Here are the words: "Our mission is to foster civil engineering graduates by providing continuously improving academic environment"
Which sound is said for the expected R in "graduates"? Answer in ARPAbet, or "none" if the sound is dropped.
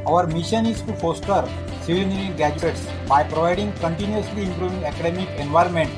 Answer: none